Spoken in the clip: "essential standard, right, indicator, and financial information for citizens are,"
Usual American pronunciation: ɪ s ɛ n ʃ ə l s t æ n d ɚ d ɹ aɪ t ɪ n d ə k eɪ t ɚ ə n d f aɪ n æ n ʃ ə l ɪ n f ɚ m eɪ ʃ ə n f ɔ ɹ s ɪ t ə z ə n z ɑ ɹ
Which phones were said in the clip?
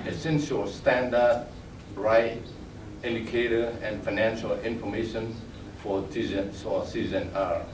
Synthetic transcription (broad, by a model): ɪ s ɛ n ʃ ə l s t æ n d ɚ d ɹ aɪ t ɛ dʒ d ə k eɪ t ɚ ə n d f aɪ n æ n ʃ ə l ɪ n f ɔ m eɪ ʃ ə n f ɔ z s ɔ s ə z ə n ɑ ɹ